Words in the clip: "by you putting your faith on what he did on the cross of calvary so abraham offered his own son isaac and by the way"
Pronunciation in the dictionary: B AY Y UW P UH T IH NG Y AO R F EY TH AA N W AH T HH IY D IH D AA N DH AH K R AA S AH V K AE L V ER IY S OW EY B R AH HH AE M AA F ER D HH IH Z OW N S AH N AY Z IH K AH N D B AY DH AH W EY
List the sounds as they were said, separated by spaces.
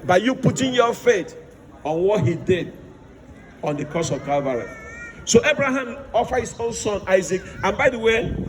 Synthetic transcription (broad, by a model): B AY Y UW P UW T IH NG Y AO F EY T AA N W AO T HH IY D IH D AA N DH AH K AA S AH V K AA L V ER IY S OW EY B R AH HH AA M AA F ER HH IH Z OW N S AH N AY Z IH K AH N B AY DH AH W EY